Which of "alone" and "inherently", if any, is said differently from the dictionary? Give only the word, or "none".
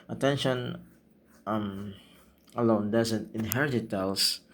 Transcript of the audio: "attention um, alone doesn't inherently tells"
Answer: inherently